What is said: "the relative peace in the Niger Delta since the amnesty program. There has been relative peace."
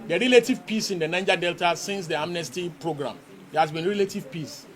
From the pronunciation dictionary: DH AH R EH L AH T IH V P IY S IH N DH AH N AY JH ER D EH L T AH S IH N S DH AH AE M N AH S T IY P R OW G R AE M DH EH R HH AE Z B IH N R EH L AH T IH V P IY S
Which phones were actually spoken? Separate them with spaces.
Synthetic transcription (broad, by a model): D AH R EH L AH T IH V P IY S IH N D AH N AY JH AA D EH L T AH S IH N S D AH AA M N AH S T IY P R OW G R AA M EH HH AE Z B IH N R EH L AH T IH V P IY S